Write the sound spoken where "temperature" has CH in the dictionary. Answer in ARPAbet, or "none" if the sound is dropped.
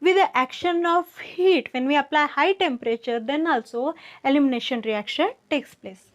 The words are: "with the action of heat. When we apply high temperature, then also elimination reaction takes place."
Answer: CH